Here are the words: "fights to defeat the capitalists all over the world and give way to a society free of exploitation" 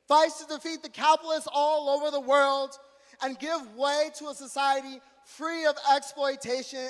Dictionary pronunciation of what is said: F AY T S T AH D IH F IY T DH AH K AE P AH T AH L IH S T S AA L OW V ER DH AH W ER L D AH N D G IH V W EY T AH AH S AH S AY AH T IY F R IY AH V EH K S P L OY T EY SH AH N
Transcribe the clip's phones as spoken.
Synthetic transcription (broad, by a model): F AY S T AH D IH F IY T DH AH K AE AH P L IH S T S AA L OW V ER DH AH W ER L D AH N G IH V W EY T AH AH S AH S AY AH T IY F R IY AH V EH K S P L OY T EY SH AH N